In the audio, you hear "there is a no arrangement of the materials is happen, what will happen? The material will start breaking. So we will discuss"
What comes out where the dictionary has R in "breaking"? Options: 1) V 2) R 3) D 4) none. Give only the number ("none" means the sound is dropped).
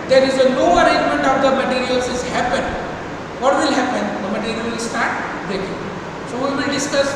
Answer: 4